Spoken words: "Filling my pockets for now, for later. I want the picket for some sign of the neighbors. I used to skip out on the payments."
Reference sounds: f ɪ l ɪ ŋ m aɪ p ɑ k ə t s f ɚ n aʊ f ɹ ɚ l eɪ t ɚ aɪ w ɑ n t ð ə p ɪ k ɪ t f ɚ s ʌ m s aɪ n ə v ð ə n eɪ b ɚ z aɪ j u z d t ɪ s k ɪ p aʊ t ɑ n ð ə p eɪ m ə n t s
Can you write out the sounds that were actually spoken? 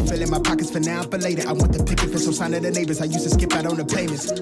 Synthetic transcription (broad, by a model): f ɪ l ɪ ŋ m aɪ p ɑ k ə t s f ɚ n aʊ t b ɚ l eɪ t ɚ aɪ w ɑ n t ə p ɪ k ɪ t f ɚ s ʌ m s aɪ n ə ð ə n eɪ b ɚ z aɪ j u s t ɪ s k ɪ p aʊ t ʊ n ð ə p eɪ m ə n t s